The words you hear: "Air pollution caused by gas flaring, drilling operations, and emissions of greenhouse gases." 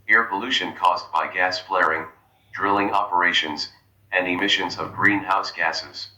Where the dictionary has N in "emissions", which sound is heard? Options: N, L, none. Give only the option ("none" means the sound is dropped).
N